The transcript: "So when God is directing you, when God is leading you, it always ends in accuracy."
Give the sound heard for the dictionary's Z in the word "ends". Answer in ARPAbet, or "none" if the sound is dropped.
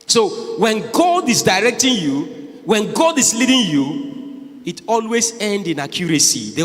none